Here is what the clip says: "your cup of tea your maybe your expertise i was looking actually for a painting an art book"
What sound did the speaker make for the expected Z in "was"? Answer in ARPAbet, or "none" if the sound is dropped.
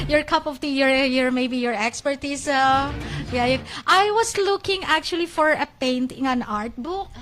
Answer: S